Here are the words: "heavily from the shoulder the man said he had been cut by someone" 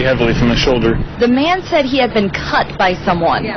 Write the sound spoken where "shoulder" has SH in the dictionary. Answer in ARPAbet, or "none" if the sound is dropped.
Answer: SH